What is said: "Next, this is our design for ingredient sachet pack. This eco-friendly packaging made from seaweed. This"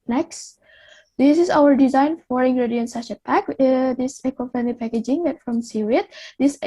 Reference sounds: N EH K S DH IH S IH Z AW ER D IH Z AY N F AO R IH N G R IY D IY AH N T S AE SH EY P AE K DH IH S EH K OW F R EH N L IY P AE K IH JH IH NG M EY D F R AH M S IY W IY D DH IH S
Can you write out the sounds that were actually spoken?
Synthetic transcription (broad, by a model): N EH K S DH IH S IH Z AW ER D IH Z AY N F AO R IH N G R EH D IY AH N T S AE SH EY P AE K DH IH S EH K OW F EH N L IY P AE K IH JH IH NG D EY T F R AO M S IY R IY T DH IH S